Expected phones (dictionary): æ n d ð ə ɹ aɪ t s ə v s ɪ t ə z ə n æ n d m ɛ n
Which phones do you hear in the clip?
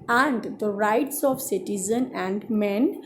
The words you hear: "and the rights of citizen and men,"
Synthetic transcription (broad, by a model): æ n d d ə ɹ aɪ t s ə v s ɪ t ə z ə n æ n d m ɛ n